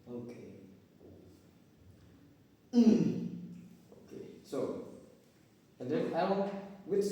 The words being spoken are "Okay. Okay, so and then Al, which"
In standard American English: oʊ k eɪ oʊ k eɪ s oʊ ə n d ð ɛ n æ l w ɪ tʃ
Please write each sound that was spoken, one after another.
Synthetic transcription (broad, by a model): oʊ k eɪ oʊ k eɪ s oʊ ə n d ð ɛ æ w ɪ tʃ